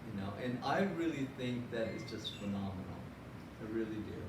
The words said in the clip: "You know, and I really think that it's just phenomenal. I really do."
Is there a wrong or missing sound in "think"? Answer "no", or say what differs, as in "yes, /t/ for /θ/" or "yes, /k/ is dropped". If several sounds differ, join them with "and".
no